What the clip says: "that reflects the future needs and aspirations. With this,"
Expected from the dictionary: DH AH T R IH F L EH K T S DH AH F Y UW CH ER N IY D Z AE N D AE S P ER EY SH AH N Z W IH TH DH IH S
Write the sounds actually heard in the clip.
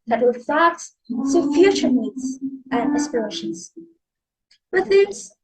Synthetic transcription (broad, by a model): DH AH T W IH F AE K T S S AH F Y UW CH ER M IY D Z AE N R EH S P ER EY SH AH N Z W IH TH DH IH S